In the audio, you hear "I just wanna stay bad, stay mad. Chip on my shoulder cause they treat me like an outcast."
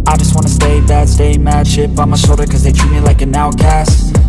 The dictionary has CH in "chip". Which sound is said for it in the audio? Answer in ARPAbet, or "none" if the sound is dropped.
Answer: SH